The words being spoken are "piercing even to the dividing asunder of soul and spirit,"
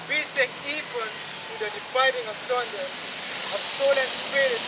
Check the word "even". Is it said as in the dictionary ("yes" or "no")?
no